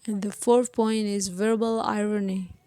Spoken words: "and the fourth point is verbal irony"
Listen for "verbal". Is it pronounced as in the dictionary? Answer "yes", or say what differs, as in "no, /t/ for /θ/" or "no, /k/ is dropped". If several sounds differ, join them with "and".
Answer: yes